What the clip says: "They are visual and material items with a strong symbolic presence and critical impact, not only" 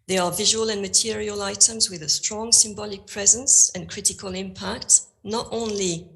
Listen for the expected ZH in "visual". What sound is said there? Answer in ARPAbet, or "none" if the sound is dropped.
ZH